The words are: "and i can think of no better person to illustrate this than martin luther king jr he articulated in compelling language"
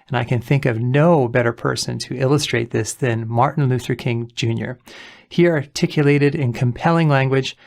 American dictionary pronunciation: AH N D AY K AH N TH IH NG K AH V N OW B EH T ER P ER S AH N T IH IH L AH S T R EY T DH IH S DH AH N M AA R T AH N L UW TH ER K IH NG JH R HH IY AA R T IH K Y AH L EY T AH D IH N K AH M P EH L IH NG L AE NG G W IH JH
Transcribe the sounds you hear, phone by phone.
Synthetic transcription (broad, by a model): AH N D AY K AH N TH IH NG K AH V N OW B EH T ER P ER S AH N T IH IH L AH S T R EY T DH IH S DH AH N M AA R T N L UW TH ER K IH NG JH R HH IY AA R T IH K Y AH L EY T AH D IH N K AH M P EH L IH NG L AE NG G W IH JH